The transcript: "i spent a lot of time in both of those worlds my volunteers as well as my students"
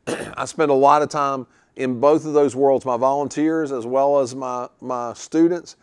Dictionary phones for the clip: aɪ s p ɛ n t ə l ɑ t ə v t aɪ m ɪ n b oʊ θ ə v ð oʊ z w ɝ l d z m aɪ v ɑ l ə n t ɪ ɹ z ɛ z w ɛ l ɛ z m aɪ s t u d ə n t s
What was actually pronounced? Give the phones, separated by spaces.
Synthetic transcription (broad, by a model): aɪ s p ɛ n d ə l ɑ t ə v t aɪ m ɪ n b oʊ θ ə v ð oʊ z w ɝ l d z m aɪ v ɑ l ə n t ɪ ɹ z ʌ z w ɛ l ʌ z m aɪ s t u d n t s